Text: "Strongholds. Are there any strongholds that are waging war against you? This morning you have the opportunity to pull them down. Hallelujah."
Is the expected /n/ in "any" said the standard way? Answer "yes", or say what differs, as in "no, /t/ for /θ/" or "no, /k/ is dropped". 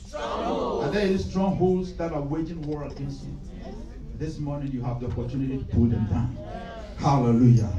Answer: no, /n/ is dropped